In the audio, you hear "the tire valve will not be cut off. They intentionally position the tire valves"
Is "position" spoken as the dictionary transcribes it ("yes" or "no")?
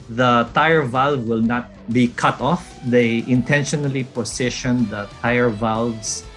no